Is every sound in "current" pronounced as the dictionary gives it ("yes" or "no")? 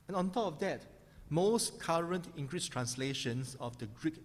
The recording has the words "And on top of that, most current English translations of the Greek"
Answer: yes